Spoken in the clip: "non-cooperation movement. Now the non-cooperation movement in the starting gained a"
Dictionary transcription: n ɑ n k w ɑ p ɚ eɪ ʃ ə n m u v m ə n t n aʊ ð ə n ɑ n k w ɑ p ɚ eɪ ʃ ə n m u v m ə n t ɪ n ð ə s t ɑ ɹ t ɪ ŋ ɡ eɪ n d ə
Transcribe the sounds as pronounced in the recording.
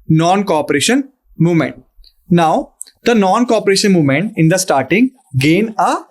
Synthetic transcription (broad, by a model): n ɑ n k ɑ p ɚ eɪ ʃ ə n m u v m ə n t n aʊ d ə n ɑ n k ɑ p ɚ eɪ ʃ ə n m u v m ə n t ɪ n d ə s t ɑ ɹ t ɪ ŋ ɡ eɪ n ə